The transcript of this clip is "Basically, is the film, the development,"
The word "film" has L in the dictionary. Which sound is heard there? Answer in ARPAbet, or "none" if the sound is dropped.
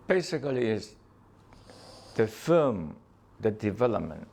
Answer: none